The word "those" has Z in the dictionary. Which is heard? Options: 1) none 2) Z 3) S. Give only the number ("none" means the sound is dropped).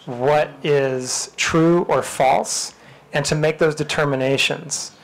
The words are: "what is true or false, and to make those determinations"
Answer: 2